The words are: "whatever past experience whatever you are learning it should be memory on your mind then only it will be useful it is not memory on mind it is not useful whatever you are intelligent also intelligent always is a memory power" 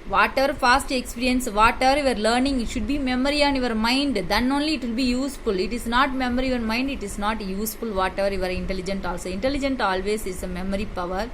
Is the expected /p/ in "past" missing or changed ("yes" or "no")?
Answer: yes